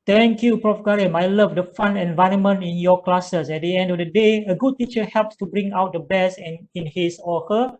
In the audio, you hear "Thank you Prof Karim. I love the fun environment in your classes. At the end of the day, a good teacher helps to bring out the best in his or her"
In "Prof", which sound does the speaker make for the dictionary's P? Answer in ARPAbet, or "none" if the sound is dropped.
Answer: P